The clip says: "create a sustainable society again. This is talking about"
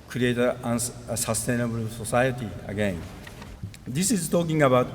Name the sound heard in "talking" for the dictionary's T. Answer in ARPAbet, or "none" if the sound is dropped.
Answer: T